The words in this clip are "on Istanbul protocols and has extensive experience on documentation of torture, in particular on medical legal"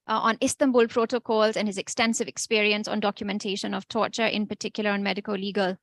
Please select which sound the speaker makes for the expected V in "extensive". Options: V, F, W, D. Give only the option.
V